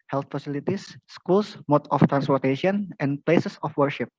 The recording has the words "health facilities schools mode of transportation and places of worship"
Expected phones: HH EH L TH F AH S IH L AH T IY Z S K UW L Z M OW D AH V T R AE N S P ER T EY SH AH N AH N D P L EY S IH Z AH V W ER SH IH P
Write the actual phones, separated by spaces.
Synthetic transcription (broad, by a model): HH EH L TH F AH S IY L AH T IY S K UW L S M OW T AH F T R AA N S P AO T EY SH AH N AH N P L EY S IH S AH F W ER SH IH P